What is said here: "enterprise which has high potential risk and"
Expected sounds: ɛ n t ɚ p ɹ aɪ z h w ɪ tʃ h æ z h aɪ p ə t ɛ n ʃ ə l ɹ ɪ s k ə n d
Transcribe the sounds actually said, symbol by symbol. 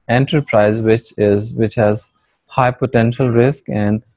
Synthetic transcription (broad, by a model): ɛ n t ɚ p ɹ aɪ z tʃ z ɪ tʃ h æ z h aɪ p ə t ɛ n ʃ ə l ɹ ɪ s k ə n d